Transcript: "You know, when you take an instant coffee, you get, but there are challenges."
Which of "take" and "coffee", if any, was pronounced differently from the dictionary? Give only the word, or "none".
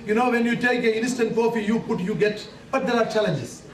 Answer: coffee